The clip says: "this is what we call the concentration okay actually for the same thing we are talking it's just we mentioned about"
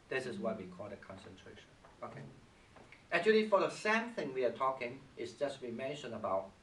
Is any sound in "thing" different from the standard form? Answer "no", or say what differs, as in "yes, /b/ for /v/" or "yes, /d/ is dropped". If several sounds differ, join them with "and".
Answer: no